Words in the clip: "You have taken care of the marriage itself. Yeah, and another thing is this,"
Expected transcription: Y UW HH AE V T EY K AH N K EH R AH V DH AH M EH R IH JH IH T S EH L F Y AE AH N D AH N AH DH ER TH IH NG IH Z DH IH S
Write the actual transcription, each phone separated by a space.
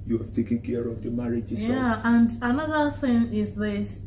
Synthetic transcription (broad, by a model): Y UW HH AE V T EY K AH N K EH R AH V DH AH M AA R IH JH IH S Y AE AH N D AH N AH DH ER TH IH NG IH Z DH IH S